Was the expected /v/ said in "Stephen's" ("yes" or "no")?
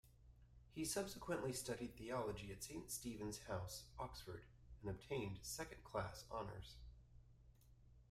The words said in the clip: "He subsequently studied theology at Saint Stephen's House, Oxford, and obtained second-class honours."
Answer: yes